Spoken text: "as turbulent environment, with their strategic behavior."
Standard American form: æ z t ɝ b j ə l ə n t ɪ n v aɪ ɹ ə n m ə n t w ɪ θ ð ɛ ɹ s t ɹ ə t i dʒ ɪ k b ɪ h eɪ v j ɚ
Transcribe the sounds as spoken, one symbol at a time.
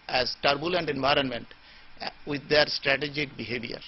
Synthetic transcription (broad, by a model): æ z t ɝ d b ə l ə n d ɪ n v aɪ ɹ ə n m ə n t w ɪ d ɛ ɹ s t ɹ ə t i dʒ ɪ k b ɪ h eɪ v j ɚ